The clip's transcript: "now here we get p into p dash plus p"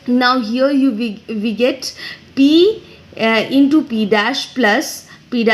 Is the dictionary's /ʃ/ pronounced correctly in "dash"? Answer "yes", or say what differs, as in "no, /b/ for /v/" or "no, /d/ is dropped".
yes